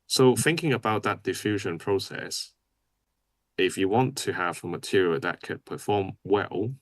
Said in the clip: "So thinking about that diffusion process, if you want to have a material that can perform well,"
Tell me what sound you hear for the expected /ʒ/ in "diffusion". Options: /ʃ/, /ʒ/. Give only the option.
/ʒ/